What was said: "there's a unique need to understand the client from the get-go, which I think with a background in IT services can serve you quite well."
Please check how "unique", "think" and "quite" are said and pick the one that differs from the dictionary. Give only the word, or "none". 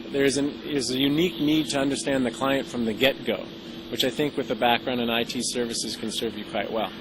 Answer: none